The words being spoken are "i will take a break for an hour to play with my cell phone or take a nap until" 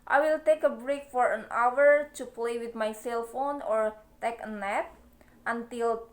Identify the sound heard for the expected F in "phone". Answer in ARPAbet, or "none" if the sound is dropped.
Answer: F